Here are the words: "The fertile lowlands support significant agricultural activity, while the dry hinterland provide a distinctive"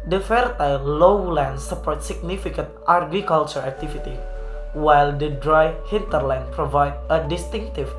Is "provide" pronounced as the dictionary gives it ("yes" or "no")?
yes